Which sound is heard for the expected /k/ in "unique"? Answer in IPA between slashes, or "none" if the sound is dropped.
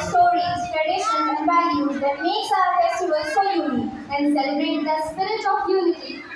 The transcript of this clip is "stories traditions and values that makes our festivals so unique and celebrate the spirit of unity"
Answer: none